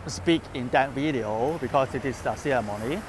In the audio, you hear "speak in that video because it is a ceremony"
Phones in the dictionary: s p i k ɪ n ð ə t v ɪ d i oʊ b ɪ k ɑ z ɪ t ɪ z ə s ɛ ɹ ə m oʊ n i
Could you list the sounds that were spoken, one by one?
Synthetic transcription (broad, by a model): s p i k ɪ n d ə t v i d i oʊ b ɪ k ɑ s ɪ t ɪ s ə s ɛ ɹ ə m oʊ n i